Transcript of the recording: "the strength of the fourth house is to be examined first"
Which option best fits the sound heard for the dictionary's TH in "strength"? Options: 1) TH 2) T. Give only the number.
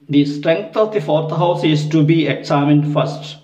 2